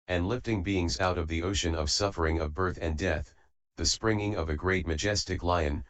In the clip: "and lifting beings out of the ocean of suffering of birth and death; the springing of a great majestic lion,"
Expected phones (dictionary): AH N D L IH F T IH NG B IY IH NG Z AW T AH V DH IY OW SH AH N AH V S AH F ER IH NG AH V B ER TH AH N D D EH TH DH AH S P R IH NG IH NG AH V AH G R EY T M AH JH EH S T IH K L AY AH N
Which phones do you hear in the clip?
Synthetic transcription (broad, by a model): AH N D L IH F T IH NG B IY IH NG Z AW T AH V DH IY OW SH AH N AH V S AH F ER IH NG AH V B ER TH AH N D D EH TH DH AH S P R IH NG IH NG AH V AH G R EY T M AH JH EH S T IH K L AY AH N